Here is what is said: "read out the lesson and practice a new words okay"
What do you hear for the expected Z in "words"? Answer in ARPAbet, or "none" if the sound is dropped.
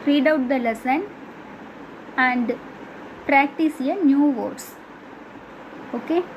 S